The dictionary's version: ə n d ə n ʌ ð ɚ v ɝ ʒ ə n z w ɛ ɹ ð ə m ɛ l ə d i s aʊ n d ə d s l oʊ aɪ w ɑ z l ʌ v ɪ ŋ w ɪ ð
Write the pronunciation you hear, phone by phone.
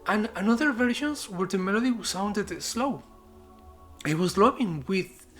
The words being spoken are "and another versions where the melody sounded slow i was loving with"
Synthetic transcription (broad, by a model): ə n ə n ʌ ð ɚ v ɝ ʃ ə n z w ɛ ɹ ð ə m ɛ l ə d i s aʊ n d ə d s l oʊ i w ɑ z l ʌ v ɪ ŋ w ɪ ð